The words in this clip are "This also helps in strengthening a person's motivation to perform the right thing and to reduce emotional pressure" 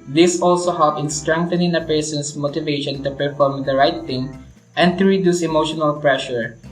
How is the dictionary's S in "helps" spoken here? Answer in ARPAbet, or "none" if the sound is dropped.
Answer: none